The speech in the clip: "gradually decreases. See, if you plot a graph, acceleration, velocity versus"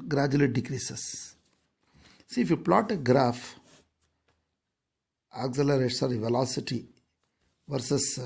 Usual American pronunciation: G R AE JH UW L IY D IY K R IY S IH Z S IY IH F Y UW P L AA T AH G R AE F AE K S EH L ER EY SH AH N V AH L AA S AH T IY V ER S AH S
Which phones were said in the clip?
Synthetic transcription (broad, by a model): G R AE JH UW L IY D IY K R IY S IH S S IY IH F Y UW P L AA T AH G R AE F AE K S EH L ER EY S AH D V AH L AA S AH T IY V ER S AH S